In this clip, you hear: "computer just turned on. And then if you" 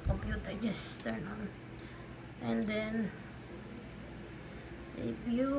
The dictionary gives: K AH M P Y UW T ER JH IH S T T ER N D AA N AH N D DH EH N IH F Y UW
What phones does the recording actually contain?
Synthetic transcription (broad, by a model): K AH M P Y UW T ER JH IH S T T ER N AA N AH N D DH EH N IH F Y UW